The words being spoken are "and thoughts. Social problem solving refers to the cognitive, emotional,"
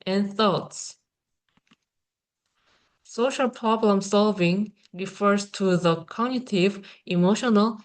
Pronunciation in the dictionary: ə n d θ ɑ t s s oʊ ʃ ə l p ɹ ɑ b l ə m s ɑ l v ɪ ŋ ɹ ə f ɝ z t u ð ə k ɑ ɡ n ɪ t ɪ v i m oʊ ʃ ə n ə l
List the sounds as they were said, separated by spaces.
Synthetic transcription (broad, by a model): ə n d θ ɑ t s s oʊ ʃ ə l p ɹ ɑ b l ə m s ɑ l v ɪ ŋ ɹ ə f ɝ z t u ð ə k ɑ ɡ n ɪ t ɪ v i m oʊ ʃ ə n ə l